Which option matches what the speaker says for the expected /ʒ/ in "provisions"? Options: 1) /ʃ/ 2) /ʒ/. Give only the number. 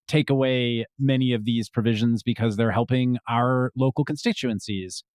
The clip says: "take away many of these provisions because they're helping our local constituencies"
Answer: 2